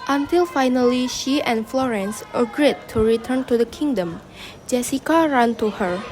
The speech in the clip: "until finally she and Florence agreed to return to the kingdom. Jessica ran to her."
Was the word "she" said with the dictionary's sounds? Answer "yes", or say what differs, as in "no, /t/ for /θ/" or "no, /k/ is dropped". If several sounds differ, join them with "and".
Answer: yes